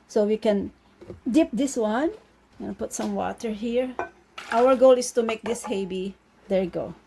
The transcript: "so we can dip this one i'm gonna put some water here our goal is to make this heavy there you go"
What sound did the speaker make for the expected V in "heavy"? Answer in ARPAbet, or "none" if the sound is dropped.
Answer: B